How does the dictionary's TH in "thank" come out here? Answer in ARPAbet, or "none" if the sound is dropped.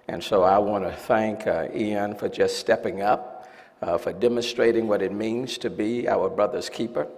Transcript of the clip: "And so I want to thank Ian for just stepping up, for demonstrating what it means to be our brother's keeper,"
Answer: TH